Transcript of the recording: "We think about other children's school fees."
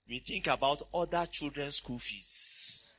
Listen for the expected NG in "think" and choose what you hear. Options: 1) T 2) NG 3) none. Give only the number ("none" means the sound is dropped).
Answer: 2